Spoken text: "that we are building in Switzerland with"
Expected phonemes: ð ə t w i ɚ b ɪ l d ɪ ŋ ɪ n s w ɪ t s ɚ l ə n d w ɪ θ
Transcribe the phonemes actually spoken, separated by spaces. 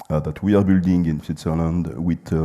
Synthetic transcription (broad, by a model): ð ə t w i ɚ b ɪ l d ɪ ŋ ɪ n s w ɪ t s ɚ l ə n d w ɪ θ